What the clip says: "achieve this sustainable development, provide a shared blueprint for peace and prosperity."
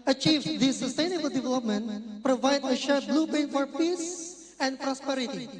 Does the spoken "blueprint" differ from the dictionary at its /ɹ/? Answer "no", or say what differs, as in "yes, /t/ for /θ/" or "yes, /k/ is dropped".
yes, /ɹ/ is dropped